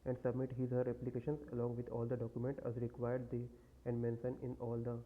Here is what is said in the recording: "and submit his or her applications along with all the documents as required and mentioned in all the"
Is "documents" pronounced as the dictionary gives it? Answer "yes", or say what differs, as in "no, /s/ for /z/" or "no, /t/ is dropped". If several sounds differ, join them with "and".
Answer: no, /s/ is dropped